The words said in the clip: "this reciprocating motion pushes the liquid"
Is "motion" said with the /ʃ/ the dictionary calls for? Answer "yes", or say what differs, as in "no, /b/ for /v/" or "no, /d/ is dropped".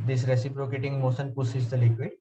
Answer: no, /s/ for /ʃ/